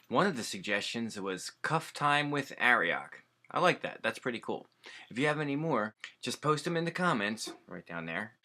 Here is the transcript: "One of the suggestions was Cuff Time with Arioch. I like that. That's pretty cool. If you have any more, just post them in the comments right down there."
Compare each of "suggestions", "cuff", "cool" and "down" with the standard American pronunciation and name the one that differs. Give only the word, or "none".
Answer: none